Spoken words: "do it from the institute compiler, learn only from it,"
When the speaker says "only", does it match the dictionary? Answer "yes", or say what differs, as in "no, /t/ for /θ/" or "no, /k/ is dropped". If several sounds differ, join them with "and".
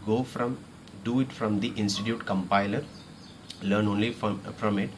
yes